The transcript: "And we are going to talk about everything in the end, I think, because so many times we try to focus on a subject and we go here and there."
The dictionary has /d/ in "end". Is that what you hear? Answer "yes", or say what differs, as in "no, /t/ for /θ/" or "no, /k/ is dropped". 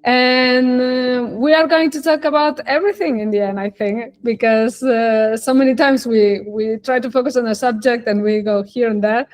no, /d/ is dropped